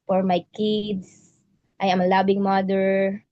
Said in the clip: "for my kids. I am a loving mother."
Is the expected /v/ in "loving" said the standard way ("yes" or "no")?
no